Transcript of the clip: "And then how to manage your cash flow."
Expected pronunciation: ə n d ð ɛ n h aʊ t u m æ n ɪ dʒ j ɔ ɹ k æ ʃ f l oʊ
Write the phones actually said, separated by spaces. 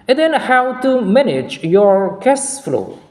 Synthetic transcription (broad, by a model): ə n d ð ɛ n h aʊ t u m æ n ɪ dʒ j ɔ ɹ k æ s f l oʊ